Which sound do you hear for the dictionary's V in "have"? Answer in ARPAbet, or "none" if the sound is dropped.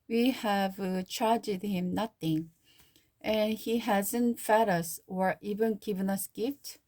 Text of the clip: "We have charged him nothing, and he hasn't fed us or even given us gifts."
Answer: V